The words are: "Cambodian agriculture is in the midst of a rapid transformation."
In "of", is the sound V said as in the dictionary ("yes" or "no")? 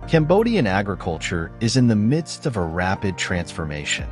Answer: yes